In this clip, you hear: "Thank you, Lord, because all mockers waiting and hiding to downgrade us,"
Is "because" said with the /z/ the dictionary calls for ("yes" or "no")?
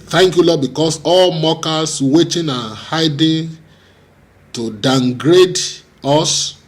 no